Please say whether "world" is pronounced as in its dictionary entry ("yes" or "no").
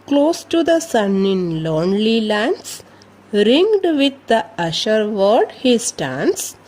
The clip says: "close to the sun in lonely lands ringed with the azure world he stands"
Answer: no